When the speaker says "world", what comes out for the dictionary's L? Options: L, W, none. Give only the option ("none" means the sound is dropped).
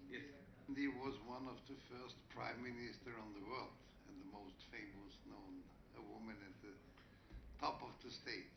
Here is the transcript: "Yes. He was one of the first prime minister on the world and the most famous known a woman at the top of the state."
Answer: L